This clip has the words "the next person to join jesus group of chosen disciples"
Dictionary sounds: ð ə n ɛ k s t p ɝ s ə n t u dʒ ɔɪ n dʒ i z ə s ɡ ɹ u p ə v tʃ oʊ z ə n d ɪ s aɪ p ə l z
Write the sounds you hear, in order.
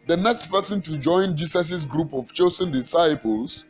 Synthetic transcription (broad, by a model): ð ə n ɛ k s t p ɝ s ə n t u dʒ ɔɪ n dʒ i s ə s ɡ ɹ u p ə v tʃ oʊ s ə n d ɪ s aɪ p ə l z